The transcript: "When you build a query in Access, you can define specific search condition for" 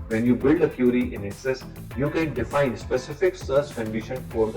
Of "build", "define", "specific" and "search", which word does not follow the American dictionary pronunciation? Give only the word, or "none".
search